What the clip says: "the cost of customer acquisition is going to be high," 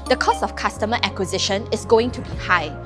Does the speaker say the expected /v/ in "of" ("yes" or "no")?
no